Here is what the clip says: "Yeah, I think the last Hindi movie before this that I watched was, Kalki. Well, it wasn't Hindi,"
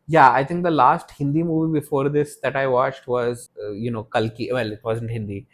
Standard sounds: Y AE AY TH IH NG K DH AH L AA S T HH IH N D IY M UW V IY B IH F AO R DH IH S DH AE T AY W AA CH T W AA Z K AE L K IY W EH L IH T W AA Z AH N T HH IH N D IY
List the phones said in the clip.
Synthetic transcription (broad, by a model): Y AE AY T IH NG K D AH L AA S T HH IH N D IY M UW V IY B IH F AO R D IH S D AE T AY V AA CH T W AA Z K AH L K IY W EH L IH T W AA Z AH N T HH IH N D IY